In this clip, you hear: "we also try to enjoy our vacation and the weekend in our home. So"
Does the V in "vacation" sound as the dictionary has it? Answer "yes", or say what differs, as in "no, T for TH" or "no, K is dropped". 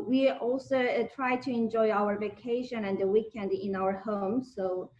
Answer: yes